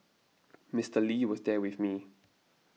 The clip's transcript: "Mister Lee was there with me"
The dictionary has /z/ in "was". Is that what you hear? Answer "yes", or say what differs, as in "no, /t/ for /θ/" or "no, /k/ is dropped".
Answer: yes